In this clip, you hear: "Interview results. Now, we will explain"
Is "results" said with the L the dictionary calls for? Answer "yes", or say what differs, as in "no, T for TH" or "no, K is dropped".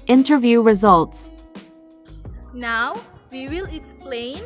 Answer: yes